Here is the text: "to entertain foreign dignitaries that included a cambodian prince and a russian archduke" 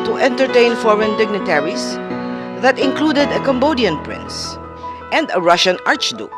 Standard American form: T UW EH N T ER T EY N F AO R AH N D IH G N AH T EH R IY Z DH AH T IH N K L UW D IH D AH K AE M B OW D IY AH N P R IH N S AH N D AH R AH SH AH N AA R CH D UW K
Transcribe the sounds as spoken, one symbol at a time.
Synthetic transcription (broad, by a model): T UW EH N T ER T EY N F AO R AH N D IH G N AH T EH R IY S DH AH T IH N K L UW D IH D AH K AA M B OW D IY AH N P R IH N S AH N D AH R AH SH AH N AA R CH D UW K